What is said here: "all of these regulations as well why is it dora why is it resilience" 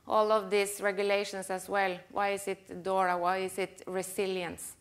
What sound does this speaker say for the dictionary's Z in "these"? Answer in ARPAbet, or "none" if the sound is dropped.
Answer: S